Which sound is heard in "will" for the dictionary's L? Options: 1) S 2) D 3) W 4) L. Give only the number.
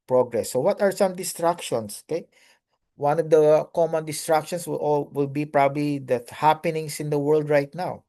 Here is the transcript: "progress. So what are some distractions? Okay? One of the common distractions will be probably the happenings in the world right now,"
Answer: 3